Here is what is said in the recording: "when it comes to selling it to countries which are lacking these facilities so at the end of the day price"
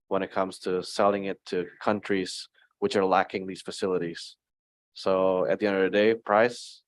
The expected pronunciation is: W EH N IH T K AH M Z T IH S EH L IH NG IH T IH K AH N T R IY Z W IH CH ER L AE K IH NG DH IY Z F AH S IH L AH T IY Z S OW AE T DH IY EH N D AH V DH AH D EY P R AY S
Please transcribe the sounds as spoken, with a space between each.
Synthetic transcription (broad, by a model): W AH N IH T K AH M Z T IH S EH L IH NG IH T IH K AH N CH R IY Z W IH CH ER L AE K IH NG DH IY Z F AH S IH L AH T IY Z S OW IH T DH IY EH N D AH V DH AH D EY P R AY S